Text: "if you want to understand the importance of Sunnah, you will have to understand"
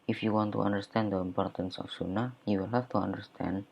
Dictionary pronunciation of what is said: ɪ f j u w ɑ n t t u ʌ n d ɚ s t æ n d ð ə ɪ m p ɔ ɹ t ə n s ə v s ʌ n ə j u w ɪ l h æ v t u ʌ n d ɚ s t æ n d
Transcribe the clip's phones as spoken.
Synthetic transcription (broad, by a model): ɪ f j u w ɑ n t t u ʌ n d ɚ s t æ n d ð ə ɪ m p ɔ ɹ t ə n s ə f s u n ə j u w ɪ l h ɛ f t u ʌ n d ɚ s t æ n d